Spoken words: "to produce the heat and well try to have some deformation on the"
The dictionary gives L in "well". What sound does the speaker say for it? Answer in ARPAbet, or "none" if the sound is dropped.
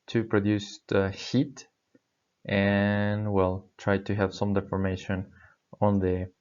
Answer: L